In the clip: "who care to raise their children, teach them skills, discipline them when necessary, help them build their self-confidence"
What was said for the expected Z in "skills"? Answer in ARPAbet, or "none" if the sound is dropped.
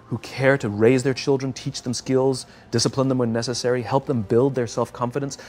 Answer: Z